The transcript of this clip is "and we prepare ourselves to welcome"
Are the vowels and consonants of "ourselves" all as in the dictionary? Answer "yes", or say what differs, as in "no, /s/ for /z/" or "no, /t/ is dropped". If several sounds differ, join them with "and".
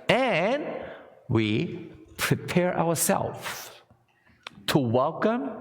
no, /w/ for /ɹ/